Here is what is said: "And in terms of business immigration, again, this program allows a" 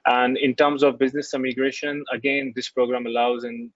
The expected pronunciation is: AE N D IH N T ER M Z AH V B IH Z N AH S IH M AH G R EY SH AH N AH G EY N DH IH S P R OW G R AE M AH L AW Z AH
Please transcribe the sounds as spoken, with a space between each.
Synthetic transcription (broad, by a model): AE N D IH N T ER M Z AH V B IH Z N AH S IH M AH G R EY SH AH N AH G EY N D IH S P R OW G R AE M AH L AW Z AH